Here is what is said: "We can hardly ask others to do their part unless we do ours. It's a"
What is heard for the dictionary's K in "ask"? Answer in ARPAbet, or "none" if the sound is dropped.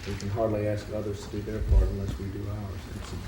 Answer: K